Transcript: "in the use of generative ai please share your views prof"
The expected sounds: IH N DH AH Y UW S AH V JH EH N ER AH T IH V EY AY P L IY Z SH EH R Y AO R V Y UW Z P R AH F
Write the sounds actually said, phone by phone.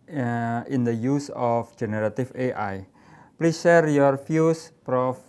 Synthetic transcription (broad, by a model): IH N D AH Y UW S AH F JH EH N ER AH T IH F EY AY P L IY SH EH R Y AO R F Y UW S P R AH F